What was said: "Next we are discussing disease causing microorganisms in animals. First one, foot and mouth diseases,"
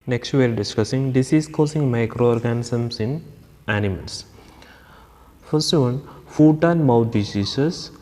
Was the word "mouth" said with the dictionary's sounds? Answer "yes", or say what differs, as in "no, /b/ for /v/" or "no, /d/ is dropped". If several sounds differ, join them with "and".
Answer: no, /t/ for /θ/